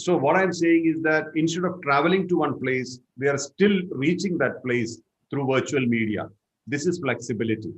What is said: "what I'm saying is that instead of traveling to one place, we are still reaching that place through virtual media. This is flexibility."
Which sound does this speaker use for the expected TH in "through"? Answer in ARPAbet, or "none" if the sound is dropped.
T